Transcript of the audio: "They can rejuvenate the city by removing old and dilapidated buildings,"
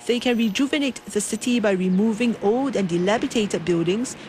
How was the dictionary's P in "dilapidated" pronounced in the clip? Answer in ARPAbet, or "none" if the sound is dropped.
B